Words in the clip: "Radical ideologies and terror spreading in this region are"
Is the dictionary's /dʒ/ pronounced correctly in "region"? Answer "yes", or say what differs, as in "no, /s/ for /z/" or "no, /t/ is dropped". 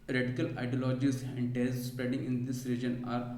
yes